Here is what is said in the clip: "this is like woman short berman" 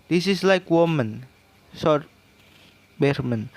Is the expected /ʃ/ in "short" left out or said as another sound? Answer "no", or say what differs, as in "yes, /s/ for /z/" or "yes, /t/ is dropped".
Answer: yes, /s/ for /ʃ/